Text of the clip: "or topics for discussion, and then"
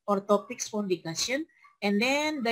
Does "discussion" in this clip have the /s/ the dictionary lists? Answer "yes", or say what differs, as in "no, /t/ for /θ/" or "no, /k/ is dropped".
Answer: no, /s/ is dropped